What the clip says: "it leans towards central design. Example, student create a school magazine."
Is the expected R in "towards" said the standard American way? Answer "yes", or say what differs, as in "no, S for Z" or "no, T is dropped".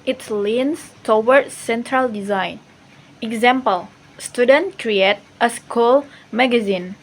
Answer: no, W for R